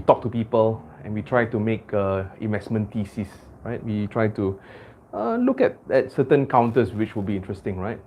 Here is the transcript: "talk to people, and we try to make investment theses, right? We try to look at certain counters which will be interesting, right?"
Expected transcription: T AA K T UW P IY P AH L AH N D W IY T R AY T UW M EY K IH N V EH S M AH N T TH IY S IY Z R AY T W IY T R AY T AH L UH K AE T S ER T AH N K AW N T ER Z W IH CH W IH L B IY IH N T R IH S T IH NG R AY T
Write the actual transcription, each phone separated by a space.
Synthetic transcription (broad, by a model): T AA K T UW P IY P AH L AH N W IY T R AY T UW M EY K IH N V EH S M AH N T IY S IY S R AY T W IY T R AY T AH L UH K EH T S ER T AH N K AW N T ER S W IH CH W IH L B IY IH N T R IH S T IH NG R AY T